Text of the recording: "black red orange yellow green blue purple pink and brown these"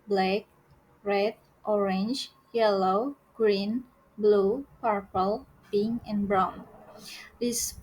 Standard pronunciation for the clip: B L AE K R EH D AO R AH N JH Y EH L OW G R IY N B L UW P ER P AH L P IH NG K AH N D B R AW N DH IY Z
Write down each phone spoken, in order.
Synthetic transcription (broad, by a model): B L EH K R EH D AO R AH N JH Y EH L OW G R IY N B L UW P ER P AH L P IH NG AH N B R AW N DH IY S